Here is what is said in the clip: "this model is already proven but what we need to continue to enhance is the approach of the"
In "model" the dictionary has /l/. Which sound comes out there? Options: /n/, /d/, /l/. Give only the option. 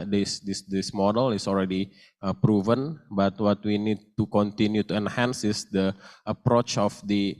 /l/